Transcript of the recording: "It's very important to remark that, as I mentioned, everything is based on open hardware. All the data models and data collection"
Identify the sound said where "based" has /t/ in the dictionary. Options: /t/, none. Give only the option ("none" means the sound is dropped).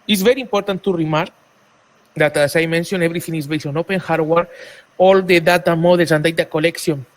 none